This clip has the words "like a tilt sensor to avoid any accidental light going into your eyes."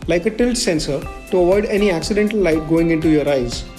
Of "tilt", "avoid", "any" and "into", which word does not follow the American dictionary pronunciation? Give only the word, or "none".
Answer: none